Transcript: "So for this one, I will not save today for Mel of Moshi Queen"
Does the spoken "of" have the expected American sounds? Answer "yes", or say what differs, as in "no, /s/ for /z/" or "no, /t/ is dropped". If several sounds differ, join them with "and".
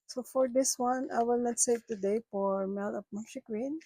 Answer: no, /p/ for /v/